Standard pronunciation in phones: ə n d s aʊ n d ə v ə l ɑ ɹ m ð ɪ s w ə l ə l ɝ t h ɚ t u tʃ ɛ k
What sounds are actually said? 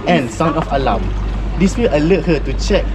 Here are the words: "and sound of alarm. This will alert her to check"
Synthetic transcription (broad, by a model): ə n s aʊ n ə f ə l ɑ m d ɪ s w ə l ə l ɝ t h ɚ t u tʃ ɛ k